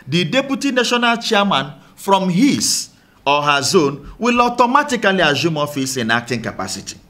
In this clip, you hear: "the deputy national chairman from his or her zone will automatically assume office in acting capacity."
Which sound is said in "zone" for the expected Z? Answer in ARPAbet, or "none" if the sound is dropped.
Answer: Z